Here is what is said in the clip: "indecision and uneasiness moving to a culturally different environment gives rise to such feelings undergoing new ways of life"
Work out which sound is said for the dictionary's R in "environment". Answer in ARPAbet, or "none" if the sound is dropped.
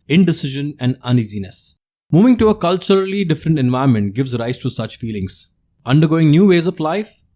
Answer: none